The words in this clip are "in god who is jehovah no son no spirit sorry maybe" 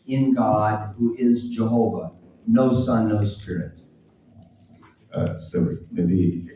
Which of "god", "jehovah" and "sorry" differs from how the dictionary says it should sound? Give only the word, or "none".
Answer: sorry